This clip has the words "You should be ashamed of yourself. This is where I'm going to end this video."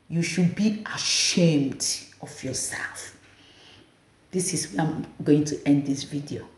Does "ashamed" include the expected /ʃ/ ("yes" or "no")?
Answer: yes